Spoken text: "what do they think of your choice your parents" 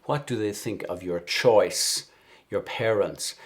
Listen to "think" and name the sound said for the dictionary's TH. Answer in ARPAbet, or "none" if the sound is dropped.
TH